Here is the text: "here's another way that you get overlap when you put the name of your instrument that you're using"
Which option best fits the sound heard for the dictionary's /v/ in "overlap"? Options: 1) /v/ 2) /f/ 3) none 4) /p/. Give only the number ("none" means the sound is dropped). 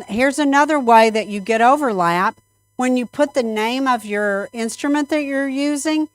1